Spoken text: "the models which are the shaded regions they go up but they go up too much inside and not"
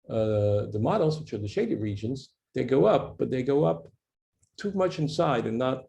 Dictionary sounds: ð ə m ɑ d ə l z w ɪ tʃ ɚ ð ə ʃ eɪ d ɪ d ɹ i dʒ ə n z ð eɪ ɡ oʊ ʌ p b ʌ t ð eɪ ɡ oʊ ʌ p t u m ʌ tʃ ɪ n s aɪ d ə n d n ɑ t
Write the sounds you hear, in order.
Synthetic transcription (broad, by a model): ð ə m ɑ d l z w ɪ tʃ ɚ ð ə ʃ eɪ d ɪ ɹ i dʒ ə n z ð eɪ ɡ oʊ ʌ p b ʌ t ð eɪ ɡ oʊ ʌ p t u m ʌ tʃ ɪ n s aɪ d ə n n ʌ t